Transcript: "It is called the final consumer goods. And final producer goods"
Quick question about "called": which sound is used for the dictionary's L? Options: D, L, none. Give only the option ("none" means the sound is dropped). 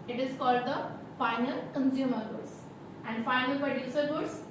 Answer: L